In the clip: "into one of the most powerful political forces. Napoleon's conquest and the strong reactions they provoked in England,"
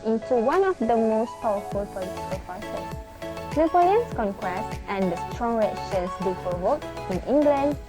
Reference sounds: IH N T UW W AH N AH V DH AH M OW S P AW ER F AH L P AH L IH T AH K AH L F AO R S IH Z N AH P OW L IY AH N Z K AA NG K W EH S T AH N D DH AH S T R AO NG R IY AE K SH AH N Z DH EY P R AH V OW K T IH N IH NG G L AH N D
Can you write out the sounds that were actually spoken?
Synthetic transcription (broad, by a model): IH N T UW W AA N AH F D AH M OW S P AW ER F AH L P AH L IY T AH K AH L P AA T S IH S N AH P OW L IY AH N S K AA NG K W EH S T AH N D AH S T R AO NG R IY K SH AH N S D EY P R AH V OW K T IH N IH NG G L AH N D